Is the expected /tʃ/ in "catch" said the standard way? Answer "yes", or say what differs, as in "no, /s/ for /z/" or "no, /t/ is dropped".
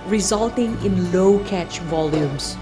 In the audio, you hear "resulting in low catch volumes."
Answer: yes